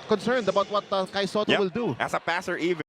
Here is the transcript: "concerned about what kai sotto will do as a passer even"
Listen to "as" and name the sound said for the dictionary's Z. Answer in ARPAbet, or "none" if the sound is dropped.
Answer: S